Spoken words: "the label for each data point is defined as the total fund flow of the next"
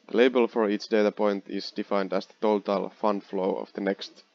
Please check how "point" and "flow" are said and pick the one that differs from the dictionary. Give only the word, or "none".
none